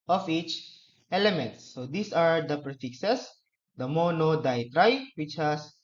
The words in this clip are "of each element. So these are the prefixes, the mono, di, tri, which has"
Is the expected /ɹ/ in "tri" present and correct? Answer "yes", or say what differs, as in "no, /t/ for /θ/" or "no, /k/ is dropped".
yes